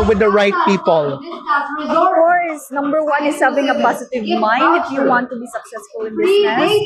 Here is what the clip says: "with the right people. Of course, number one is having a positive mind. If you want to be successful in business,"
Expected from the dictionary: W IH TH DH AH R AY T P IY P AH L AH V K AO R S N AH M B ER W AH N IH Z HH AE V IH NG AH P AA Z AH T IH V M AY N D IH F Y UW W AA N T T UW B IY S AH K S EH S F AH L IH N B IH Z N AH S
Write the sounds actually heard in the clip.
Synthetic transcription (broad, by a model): W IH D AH R AY T P IY P AH L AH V K AO R S N AH M B ER W AH N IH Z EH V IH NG AH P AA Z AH T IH V M AY N D IH F Y UW W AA N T T UW B IY S AH K S EH S F AH L IH N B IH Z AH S